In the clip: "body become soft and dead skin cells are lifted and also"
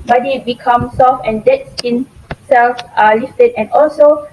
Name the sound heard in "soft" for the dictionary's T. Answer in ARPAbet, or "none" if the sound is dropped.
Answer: none